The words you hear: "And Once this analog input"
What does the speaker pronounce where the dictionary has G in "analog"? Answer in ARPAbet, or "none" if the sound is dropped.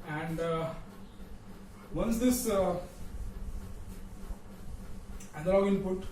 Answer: none